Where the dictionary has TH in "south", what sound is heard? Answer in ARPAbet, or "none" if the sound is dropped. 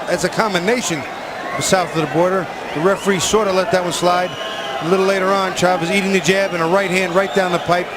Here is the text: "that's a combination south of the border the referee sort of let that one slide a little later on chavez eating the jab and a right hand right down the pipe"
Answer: TH